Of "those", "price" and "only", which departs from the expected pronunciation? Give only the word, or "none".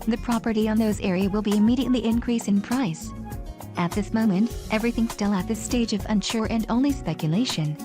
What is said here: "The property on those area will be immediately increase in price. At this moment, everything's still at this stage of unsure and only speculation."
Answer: none